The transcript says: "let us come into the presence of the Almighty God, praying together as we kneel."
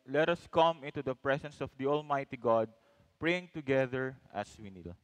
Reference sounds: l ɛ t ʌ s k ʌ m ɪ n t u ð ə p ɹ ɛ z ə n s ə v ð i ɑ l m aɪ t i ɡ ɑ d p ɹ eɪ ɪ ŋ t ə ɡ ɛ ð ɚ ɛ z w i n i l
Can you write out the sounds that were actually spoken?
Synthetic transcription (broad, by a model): l ɛ t ʌ s k ʌ m ɪ n t u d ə p ɹ ɛ s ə n s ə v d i ɑ l m aɪ t i ɡ ɑ d p ɹ eɪ ɪ ŋ t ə ɡ ɛ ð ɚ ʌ s w i n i l